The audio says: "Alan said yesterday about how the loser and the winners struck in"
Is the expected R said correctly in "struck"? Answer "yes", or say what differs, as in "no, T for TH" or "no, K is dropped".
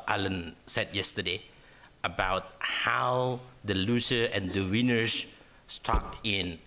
no, R is dropped